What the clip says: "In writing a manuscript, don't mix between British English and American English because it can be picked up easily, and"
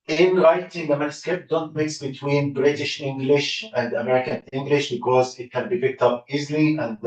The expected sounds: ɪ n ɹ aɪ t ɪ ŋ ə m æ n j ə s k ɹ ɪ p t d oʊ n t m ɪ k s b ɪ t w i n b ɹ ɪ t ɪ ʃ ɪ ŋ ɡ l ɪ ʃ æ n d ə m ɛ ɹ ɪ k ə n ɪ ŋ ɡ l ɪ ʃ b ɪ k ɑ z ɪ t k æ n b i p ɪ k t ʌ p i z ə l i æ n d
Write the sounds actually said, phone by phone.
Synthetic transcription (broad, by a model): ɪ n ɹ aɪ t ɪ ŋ ə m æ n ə s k ɪ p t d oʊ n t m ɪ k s b ɪ t w i n b ɹ ɪ t ɪ ʃ ɪ ŋ ɡ l ɪ ʃ æ n d ə m ɛ ɹ ɪ k ə n ɪ ŋ ɡ l ɪ ʃ b ɪ k ɑ z ɪ t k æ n b i p ɪ k t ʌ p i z l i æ n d